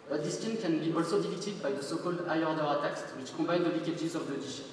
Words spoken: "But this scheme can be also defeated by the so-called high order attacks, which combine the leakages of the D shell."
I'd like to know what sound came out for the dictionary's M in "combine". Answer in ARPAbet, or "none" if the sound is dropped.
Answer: none